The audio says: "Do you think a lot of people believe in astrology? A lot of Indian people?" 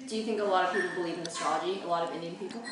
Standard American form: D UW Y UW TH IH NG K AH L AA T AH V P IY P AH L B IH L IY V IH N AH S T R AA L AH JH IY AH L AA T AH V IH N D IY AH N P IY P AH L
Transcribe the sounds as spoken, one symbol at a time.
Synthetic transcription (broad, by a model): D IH Y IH TH IH NG K AH L AA T AH V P IY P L B IH L IY V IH N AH S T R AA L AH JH IY AH L AA T AH V IH N D IY AH N P IY P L